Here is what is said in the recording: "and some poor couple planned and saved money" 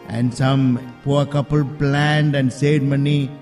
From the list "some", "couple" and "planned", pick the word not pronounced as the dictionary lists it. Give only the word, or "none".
none